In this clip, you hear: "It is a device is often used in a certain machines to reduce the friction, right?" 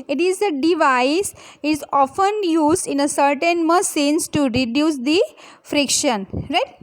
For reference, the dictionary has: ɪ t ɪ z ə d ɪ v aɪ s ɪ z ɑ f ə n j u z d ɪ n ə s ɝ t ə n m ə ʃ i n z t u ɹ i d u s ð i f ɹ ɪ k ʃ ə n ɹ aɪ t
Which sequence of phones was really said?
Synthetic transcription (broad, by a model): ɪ t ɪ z ə d ɪ v aɪ s ɪ z ɑ f ə n j u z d ɪ n ə s ɝ t ə n m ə s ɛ n s t u ɹ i d u s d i f ɹ ɪ k ʃ ə n ɹ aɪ t